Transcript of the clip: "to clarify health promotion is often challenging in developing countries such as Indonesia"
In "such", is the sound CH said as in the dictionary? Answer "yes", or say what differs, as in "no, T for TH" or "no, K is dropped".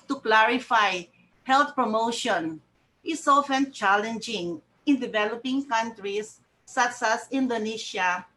no, S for CH